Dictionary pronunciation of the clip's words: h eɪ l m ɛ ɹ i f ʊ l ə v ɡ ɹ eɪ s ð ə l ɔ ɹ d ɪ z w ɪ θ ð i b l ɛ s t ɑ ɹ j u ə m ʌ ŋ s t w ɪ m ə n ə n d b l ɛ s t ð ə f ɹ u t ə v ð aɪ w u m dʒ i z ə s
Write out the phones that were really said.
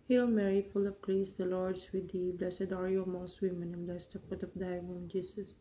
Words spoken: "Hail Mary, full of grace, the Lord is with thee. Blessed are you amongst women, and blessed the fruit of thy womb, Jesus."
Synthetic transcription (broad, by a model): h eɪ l m ɛ ɹ i f ʊ l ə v ɡ ɹ eɪ s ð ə l ɔ ɹ d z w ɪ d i b l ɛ s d ɑ ɹ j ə m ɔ s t w ɪ m ə n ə n b l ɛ s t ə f u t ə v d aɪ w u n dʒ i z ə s